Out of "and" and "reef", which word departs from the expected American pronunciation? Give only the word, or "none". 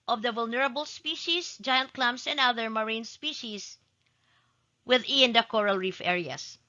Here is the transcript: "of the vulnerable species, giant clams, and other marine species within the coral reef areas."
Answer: none